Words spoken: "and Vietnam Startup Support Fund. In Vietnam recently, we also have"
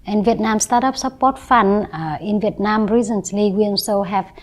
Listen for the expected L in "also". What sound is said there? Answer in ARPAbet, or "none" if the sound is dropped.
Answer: N